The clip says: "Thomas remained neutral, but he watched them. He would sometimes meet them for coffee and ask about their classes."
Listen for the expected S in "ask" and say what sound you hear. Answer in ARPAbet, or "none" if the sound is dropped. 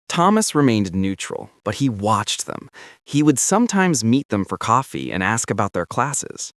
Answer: S